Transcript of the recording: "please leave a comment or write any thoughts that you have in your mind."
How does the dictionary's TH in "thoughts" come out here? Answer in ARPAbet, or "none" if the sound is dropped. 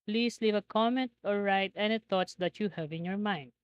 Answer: T